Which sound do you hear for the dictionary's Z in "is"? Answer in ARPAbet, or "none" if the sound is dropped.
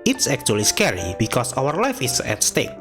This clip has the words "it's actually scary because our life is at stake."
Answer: S